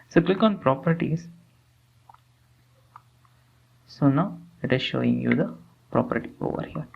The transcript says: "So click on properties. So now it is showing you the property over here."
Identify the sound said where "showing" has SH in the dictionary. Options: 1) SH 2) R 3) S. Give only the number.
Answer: 1